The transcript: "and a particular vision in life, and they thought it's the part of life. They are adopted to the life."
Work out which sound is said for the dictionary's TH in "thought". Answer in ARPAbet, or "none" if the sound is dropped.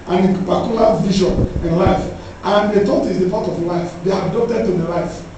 T